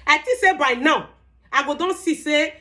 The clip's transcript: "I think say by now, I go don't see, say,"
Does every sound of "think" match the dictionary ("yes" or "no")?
no